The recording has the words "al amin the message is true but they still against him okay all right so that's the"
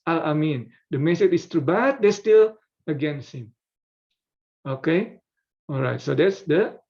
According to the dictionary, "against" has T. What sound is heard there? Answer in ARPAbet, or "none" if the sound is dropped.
none